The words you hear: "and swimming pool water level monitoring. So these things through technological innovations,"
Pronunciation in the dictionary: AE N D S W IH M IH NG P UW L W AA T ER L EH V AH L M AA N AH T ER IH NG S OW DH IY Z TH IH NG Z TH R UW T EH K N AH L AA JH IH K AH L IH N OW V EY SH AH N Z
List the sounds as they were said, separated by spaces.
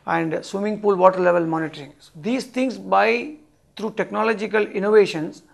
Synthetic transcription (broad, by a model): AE N D S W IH M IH NG P UW L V AA T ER L EH V AH L M AA N AH T ER IH NG S OW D IY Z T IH NG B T R UW T EH K N AH L AA JH IH K AH L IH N OW V EY SH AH N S